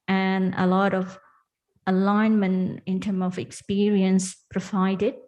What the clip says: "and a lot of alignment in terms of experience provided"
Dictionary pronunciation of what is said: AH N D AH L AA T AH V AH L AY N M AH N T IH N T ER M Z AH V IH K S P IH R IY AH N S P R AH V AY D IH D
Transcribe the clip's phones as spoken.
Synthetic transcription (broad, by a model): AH N AH L AA T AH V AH L AY N M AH N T IH N T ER M AH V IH K S P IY R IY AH N S P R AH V AY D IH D